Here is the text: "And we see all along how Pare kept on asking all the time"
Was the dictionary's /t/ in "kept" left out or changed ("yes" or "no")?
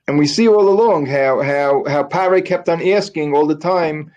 no